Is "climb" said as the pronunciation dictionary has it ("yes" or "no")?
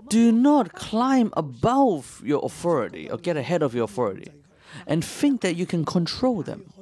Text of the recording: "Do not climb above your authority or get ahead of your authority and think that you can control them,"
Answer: yes